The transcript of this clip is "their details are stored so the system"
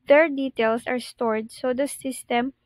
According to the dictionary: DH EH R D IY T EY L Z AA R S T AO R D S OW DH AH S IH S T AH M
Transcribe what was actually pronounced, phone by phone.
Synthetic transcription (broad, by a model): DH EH R D IY T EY L S AA R S T AO R D S OW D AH S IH S T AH M